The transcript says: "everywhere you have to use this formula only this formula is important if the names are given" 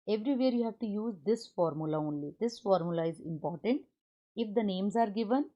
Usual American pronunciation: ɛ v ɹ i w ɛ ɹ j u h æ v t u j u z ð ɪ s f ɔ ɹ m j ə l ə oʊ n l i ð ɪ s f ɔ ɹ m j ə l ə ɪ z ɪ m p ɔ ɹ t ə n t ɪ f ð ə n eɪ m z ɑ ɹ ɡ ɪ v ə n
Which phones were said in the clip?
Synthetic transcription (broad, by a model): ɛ v ɹ i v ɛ ɹ j u h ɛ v t u j u z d ɪ s f ɔ ɹ m j ə l ə oʊ n l i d ɪ s f ɔ ɹ m j ə l ə ɪ z ɪ m p ɔ ɹ t ə n t ɪ f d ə n eɪ m z ɑ ɹ ɡ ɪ v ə n